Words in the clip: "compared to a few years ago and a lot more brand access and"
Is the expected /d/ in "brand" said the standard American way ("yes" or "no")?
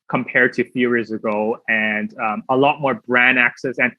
no